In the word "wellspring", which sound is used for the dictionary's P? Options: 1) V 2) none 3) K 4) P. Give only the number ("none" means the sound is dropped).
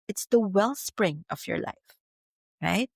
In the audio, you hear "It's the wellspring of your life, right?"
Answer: 4